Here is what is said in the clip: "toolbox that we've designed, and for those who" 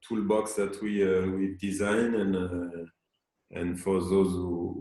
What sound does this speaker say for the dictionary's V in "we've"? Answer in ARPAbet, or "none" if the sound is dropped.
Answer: W